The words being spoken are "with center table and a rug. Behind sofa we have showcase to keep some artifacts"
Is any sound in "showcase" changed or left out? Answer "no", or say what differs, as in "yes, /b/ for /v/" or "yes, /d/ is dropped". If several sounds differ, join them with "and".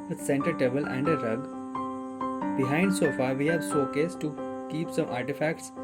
yes, /s/ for /ʃ/